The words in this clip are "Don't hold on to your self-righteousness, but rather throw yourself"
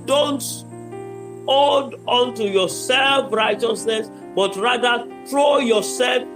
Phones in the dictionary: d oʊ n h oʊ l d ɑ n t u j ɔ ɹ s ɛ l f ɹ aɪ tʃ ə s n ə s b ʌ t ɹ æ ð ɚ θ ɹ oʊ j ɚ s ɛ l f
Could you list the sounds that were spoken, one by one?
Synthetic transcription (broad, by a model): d oʊ n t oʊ d ɑ n t u j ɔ s ɛ l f ɹ aɪ tʃ ə s n ə s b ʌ t ɹ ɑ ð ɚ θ ɹ oʊ j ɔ s ɛ l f